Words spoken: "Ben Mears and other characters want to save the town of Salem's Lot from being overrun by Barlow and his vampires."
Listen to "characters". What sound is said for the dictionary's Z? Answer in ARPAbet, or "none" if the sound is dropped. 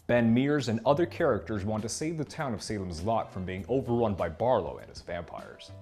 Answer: Z